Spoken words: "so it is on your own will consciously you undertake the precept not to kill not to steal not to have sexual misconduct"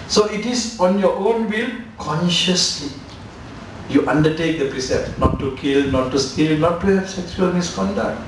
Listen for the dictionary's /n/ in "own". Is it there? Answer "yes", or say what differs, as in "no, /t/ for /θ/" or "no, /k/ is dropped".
yes